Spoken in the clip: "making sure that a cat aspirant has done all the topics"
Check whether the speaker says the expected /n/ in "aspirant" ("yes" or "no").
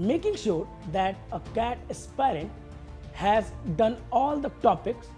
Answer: yes